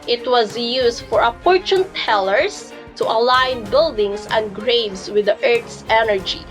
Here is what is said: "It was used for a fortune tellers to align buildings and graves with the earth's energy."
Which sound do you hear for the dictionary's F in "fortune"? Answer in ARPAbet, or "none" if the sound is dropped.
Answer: P